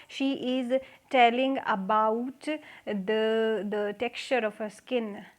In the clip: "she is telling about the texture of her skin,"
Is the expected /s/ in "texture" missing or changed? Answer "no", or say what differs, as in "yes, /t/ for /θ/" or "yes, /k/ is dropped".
no